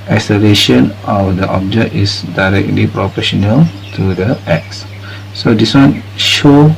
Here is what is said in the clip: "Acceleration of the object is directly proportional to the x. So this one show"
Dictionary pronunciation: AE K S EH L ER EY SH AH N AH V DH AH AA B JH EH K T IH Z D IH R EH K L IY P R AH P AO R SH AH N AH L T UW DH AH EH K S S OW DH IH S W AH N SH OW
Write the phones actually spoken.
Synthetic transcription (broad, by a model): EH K S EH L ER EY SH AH N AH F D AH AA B JH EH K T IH S D IH R EH K L IY P R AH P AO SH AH N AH L T UW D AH EH K S S OW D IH S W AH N SH OW